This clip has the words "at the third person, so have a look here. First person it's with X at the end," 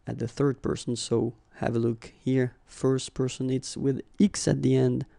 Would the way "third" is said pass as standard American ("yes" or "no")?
yes